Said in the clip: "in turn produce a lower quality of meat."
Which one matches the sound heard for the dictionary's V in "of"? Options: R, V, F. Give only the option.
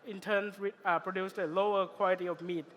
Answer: F